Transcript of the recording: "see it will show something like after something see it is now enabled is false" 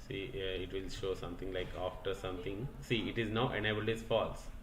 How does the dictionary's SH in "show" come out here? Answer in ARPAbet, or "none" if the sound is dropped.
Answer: SH